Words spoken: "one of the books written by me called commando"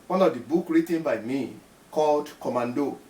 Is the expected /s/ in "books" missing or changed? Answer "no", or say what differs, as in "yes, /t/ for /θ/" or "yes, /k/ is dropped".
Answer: yes, /s/ is dropped